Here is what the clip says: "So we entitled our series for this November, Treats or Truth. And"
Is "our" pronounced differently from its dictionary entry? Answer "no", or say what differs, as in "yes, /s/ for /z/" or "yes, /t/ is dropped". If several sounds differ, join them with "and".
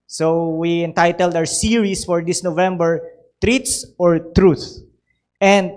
yes, /w/ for /ɹ/